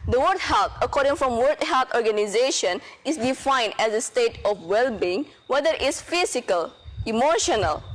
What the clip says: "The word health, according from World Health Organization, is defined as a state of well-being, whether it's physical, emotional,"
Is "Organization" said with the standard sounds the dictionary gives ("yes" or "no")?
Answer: yes